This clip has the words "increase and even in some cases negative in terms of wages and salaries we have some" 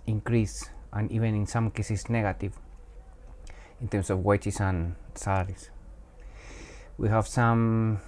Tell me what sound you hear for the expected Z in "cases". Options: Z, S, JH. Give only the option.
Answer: S